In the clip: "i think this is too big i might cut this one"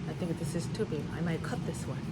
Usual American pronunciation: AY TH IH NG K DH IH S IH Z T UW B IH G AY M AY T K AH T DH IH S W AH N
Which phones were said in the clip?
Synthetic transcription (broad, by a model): AY TH IH NG K DH IH S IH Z T UW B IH AY M AY T K AH T DH IH S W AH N